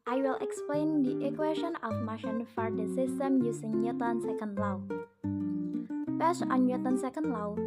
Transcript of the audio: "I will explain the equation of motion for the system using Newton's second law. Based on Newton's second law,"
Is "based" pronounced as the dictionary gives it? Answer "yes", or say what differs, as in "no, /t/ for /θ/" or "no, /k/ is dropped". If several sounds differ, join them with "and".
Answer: no, /t/ is dropped